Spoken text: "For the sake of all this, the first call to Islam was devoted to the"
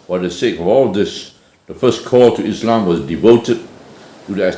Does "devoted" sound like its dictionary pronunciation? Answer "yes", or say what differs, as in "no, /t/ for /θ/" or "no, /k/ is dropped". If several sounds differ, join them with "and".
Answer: yes